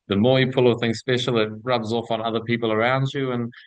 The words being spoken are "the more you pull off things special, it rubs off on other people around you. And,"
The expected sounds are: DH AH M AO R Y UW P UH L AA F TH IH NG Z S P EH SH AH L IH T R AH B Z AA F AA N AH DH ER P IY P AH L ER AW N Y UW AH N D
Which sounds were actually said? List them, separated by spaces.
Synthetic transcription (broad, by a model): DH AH M AO Y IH P UH L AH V TH IH NG Z S P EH SH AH L IH T R AH B Z AA F N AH DH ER P IY P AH L ER AW N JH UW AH N